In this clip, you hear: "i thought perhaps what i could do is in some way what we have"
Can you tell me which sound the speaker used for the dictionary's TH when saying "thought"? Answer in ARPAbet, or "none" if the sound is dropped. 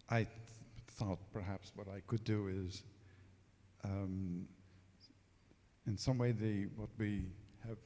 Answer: TH